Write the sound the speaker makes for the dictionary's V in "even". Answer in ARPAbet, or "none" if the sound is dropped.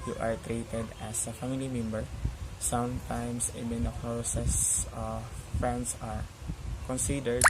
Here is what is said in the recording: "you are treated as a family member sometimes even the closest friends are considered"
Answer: B